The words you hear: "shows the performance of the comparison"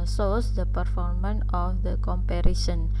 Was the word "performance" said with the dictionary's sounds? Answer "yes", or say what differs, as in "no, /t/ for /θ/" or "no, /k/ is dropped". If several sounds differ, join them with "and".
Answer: no, /s/ is dropped